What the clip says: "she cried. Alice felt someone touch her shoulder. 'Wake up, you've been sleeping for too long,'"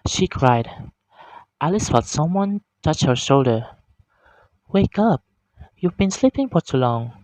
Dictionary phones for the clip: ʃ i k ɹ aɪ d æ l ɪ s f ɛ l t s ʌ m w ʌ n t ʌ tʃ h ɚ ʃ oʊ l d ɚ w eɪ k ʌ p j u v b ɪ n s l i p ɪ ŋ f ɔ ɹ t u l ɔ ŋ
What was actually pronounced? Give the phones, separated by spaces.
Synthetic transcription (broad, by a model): ʃ i k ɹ aɪ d æ l ɪ s f ɛ l t s ʌ m w ʌ n t ʌ tʃ h ɚ ʃ oʊ l d ɚ w eɪ k ʌ p j u v b ɪ n s l i p ɪ ŋ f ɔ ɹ t u l ɔ ŋ